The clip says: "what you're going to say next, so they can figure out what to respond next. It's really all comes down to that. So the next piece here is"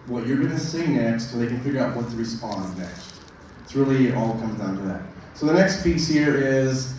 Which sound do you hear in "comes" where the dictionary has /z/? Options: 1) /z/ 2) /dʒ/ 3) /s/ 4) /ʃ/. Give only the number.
1